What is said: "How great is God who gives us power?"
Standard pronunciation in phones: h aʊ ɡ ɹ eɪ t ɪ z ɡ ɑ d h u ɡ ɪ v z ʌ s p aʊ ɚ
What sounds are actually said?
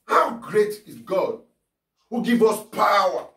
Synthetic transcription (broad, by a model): h aʊ ɡ ɹ eɪ t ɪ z ɡ ɑ d h u ɡ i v ʌ s p aʊ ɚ